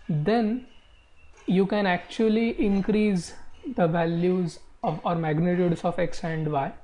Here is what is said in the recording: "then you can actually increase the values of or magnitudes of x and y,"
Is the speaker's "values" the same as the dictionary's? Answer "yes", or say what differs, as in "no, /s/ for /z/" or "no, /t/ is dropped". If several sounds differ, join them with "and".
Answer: yes